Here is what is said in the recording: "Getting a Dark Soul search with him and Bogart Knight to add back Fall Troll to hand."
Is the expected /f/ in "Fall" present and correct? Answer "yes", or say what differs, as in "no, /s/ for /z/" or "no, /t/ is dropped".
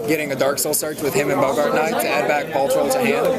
no, /p/ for /f/